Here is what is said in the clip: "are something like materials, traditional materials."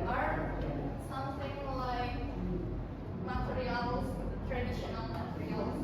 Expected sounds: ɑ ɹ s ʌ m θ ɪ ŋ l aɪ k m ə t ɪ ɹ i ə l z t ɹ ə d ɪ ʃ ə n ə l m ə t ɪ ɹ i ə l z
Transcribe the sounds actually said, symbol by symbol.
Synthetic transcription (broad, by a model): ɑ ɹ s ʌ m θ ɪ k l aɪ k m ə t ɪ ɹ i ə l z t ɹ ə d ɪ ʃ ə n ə n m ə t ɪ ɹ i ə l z